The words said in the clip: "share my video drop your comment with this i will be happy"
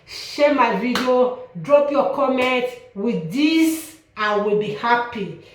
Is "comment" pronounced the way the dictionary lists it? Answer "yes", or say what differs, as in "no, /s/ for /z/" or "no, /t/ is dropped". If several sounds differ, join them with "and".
yes